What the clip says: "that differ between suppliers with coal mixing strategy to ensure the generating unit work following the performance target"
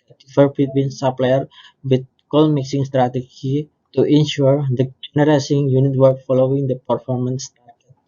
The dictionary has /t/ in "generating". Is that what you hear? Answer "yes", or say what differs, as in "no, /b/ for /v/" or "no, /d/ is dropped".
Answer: no, /s/ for /t/